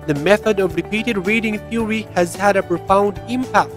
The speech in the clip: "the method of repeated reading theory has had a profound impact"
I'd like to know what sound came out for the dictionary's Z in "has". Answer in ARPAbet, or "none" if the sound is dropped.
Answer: Z